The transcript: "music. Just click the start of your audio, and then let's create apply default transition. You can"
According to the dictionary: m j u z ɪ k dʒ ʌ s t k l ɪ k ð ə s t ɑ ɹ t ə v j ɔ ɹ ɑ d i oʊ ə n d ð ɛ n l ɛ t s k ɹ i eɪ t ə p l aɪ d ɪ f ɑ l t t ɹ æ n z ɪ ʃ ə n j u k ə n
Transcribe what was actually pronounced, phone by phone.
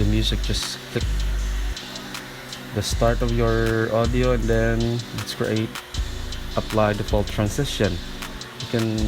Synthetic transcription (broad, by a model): m j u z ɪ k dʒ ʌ s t k l ɪ k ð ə s t ɑ ɹ t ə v j ɔ ɹ ɑ d i oʊ ə n d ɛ n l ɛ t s k ɹ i eɪ t ə p l aɪ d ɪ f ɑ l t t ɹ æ n s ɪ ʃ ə n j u k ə n